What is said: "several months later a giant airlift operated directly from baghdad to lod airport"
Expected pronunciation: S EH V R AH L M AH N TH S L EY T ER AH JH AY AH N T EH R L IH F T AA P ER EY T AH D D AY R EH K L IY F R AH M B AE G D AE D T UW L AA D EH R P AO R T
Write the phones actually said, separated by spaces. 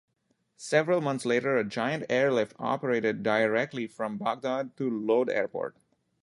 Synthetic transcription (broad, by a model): S EH V R AH L M AH N T S L EY T ER AH JH AY AH N T EH R L IH F T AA P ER EY T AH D D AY R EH K L IY F R AH M B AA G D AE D T UW L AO D EH R P AO R T